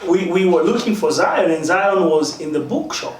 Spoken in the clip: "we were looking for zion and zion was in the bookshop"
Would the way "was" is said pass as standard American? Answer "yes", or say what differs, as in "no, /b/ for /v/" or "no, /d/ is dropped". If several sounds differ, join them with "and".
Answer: yes